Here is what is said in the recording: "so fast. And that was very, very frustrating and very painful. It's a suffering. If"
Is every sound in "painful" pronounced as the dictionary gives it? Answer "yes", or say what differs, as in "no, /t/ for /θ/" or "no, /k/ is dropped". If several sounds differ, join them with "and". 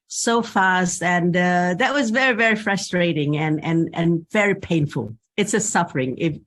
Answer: yes